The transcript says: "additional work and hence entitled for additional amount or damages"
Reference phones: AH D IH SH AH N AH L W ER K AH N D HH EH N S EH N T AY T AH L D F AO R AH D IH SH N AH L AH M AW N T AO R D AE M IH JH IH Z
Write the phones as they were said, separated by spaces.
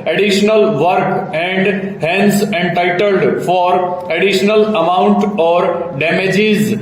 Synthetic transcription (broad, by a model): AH D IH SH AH N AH L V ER K AH N D HH EH N S EH N T AY T AH L D F AO R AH D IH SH N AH L AH M AW N T AO R D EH M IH JH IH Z